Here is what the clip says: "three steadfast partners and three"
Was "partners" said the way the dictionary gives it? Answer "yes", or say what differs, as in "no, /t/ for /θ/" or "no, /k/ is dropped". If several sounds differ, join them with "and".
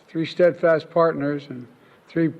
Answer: yes